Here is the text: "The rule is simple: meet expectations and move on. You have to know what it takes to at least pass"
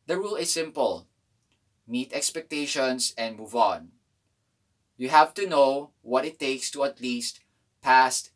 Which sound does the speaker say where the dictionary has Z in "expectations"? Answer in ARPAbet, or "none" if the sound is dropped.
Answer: S